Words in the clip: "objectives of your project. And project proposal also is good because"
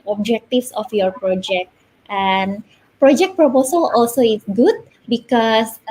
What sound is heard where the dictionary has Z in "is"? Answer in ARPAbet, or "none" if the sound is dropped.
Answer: S